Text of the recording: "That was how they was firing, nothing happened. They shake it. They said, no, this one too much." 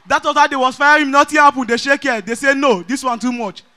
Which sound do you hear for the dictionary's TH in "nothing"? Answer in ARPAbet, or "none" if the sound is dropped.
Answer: T